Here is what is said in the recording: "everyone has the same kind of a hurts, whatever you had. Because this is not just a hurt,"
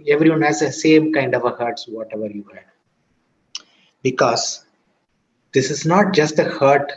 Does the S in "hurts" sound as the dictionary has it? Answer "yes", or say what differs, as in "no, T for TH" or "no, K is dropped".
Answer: yes